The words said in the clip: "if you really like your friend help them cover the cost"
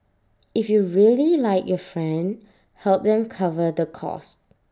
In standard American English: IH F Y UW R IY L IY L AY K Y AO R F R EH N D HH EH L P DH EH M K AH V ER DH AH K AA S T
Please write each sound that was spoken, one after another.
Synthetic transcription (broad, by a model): IH F Y UW R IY L IY L AY K Y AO F R EH N D HH EH L P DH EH M K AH V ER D AH K AA S T